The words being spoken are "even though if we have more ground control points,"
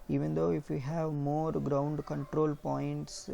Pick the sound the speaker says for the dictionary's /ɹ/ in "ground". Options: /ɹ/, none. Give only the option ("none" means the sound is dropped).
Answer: /ɹ/